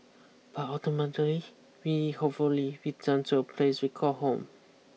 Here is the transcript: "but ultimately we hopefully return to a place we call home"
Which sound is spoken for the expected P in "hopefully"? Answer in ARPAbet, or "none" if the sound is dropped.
none